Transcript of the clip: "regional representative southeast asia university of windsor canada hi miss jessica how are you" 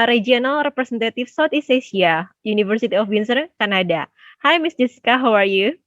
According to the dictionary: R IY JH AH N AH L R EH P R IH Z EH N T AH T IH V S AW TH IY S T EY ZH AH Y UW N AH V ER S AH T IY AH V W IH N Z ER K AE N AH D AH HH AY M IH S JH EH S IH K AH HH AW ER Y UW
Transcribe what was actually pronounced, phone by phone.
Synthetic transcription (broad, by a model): R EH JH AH N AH L R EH P R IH S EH N T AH T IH F S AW T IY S EY S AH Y UW N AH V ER S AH T IY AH F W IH N S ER K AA N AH D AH HH AY M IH S JH EH S IH K AH HH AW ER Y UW